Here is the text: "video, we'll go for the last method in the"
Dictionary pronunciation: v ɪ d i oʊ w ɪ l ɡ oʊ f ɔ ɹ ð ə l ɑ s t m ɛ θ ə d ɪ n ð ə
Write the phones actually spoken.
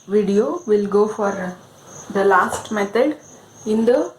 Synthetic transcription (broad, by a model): v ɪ d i oʊ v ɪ l ɡ oʊ f ɔ ɹ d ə l ɑ s t m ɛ t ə d ɪ n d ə